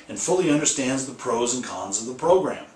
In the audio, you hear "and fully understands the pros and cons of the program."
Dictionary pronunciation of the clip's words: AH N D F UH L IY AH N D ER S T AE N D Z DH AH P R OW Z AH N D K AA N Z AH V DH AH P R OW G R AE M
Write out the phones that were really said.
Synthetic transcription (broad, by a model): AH N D F UH L IY AH N D ER S T AE N D Z DH AH P R OW Z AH N K AA N Z AH V DH AH P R OW G R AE M